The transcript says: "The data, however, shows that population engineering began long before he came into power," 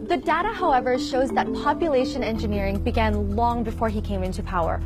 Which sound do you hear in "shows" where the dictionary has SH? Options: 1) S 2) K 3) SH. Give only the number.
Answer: 3